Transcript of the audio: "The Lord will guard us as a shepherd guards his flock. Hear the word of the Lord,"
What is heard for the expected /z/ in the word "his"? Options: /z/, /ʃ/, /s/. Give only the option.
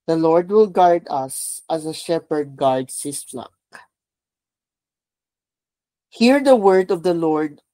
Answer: /s/